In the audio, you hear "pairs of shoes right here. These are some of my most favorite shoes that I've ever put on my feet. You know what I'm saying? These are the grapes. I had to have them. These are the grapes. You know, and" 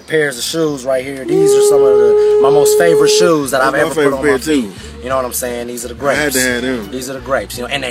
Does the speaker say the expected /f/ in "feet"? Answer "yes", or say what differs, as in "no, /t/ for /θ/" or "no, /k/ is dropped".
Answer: no, /p/ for /f/